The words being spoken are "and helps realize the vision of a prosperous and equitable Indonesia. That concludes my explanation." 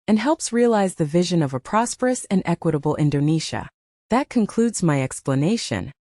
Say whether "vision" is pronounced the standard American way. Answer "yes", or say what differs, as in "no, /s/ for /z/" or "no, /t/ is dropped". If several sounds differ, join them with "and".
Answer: yes